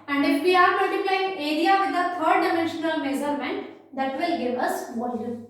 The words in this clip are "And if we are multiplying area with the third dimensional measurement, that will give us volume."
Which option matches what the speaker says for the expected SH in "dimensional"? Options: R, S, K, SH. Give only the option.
SH